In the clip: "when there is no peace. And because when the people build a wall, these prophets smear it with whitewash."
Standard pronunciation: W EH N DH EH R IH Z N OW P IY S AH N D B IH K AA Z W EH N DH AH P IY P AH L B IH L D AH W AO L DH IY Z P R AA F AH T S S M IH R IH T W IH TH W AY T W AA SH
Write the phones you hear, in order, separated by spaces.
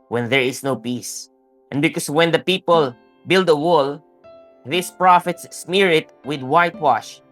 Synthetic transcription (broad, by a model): W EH N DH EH R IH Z N OW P IY S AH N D B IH K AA S W EH N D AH P IY P AH L B IH L D AH W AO L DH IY S P R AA F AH T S S M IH R IH T W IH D W AY T W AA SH